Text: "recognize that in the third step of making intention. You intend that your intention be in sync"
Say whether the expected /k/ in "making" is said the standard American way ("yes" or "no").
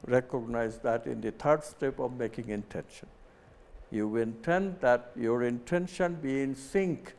yes